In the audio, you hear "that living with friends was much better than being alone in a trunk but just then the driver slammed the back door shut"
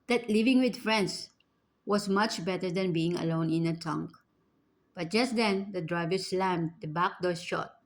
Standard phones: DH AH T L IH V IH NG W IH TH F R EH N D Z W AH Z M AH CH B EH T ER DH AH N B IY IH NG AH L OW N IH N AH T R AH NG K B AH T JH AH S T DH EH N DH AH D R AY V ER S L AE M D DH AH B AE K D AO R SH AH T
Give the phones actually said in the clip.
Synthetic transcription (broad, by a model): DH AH T L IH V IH NG W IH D F R EH N D S W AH S M AH CH B EH T ER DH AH N B IY IH NG AH L OW N IH N AH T AH NG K B AH T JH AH S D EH N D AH D R AY V ER S L AE M D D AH B AE K D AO R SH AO T